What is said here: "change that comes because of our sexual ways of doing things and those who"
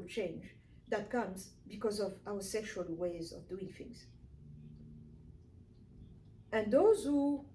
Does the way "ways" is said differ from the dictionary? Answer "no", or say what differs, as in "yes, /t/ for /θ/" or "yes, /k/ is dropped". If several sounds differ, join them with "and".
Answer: no